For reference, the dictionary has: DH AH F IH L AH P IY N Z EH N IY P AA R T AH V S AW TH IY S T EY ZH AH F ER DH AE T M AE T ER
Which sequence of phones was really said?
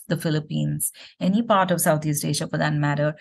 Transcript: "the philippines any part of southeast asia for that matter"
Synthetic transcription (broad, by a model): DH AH F IH L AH P IY N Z EH N IY P AA R T AH V S AW T IY S T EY SH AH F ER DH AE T M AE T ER